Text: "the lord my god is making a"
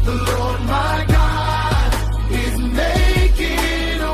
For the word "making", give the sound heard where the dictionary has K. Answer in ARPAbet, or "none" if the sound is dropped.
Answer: none